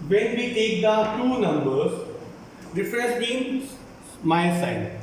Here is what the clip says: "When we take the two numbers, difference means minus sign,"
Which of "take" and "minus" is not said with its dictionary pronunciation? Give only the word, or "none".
minus